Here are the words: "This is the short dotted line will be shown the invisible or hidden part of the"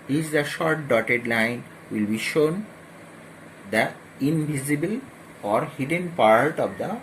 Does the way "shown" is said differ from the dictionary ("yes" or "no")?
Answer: no